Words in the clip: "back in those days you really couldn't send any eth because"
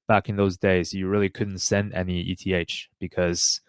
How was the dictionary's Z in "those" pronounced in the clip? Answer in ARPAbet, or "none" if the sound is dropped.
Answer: Z